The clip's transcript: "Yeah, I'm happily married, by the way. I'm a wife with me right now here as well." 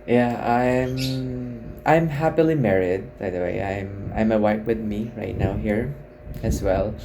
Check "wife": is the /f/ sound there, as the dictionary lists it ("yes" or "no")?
no